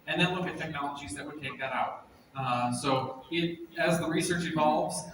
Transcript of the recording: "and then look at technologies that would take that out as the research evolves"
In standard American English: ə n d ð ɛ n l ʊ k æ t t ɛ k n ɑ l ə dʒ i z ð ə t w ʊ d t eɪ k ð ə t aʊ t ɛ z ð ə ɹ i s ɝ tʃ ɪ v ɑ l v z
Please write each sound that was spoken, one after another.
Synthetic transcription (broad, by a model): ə n ð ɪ n l ʊ k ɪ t t ɛ k n ɑ l ə dʒ i z ð ə t w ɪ d t eɪ k ð ə t aʊ t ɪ z ð ə ɹ i s ɝ tʃ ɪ v ɑ l v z